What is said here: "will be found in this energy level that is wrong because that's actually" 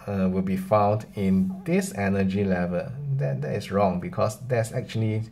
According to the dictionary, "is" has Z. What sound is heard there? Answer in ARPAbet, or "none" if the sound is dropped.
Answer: S